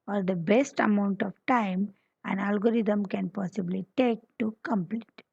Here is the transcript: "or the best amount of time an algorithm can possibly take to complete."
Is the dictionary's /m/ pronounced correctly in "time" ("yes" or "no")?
yes